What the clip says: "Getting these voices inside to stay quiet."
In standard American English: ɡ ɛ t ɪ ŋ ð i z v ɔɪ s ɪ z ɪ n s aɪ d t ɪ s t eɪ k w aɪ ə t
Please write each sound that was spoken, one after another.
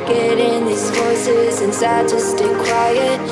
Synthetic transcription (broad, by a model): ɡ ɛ t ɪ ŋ ð i z f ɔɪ s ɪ z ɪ n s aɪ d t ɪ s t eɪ k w aɪ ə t